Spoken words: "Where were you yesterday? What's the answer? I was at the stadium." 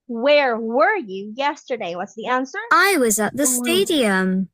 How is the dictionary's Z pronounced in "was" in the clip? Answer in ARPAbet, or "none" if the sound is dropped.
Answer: Z